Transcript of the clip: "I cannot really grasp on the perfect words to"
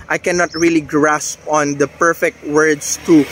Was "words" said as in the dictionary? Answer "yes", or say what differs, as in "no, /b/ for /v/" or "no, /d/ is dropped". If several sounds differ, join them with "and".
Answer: no, /s/ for /z/